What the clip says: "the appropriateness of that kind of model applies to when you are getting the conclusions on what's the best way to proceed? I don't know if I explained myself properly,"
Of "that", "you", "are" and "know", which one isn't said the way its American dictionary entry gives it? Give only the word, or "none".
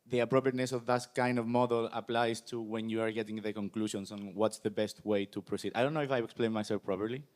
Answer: none